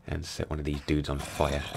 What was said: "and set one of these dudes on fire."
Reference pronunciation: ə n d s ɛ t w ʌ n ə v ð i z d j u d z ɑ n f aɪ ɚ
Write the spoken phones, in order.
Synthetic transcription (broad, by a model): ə n s ɛ t w ʌ n ə v ð i z d u d z n f aɪ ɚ